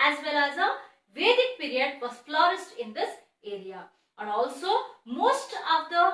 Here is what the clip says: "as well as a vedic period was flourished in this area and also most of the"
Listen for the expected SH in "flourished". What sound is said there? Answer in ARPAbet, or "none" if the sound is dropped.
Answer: S